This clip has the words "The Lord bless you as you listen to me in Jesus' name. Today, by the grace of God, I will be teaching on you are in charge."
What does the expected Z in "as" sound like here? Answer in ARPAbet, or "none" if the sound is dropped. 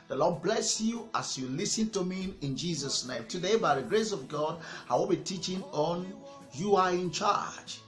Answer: S